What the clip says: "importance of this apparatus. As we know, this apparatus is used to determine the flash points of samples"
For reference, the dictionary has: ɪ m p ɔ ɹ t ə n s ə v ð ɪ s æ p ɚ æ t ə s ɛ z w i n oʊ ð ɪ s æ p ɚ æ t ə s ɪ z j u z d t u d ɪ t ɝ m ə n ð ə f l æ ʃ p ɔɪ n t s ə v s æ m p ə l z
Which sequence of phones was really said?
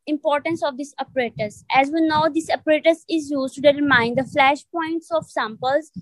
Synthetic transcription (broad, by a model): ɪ m p ɔ ɹ t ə n s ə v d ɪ s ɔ p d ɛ t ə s ɛ z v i n oʊ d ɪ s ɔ p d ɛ t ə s ɪ z j u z t u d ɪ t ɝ m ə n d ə f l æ ʃ p ɔɪ n t s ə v s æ m p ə l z